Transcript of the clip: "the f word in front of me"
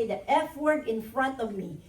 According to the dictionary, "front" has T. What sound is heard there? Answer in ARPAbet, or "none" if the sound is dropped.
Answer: T